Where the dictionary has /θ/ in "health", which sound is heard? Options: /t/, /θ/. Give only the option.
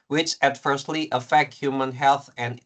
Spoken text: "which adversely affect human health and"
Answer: /θ/